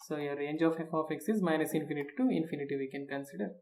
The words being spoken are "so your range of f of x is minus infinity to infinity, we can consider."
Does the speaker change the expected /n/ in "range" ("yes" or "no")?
no